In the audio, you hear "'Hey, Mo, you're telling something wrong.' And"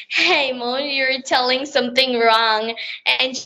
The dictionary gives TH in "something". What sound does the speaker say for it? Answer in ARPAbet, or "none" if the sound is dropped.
TH